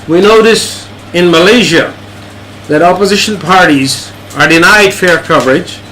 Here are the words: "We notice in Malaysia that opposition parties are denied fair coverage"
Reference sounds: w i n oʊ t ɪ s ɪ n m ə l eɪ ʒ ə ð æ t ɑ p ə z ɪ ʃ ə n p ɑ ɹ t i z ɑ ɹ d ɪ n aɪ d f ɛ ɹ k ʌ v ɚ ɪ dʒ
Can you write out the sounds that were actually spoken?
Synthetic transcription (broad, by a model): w i n oʊ t ɪ s ɪ n m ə l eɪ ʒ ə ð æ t ɑ p ə z ɪ ʃ ə n p ɑ ɹ t i z ɑ ɹ d ɪ n aɪ d f ɛ ɹ k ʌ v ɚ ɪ dʒ